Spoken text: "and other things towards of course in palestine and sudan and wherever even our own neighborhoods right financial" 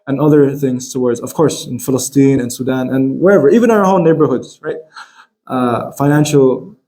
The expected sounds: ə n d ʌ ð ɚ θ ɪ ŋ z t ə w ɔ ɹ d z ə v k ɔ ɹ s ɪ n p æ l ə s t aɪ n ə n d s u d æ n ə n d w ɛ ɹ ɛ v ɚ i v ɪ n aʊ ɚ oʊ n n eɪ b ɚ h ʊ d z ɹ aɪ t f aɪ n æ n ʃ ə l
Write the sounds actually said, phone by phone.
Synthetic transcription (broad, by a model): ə n ʌ ð ɚ θ ɪ ŋ z t ə w ɔ ɹ d z ə v k ɔ ɹ s ɪ n f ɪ l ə s t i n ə n s u d æ n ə n w ɛ ɹ ɛ v ɚ i v ɪ n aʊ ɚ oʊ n n eɪ b ɚ h ʊ d z ɹ aɪ t f aɪ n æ n ʃ l